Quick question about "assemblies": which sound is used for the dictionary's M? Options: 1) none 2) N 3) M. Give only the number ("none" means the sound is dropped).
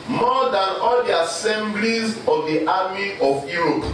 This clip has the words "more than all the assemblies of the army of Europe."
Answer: 3